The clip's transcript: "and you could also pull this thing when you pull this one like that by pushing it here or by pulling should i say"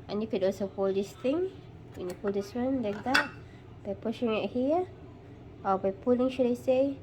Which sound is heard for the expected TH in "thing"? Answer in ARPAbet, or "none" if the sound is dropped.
T